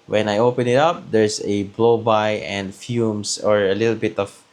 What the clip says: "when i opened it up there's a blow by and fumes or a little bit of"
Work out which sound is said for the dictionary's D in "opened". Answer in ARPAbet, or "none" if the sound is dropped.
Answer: none